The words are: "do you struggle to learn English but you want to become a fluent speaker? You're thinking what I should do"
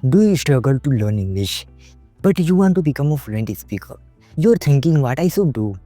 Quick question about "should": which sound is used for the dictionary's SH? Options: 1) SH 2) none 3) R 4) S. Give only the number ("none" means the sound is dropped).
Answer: 4